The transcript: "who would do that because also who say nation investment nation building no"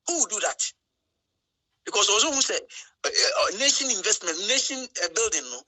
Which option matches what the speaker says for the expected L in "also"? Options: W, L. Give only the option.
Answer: W